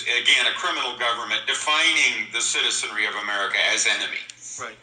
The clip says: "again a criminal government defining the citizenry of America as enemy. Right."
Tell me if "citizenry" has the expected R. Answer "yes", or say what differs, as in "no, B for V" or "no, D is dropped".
yes